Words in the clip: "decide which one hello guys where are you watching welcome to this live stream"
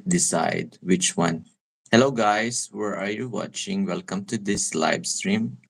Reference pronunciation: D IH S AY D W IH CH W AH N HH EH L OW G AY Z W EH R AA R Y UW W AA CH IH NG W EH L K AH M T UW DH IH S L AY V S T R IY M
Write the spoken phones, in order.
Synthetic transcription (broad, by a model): D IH S AY D W IH CH W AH N HH EH L OW G AY S W EH R AA R Y UW W AA CH IH NG W EH L K AH M T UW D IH S L AY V S T R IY M